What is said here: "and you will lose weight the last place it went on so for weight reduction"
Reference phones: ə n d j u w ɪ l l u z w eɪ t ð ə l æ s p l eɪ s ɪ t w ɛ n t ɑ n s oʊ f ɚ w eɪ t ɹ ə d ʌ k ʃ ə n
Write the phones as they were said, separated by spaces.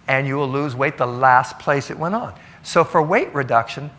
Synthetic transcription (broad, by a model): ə n j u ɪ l l u z w eɪ t ð ə l æ s p l eɪ s ɪ t w ɛ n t n s oʊ f ɚ w eɪ t ɹ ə d ʌ k ʃ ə n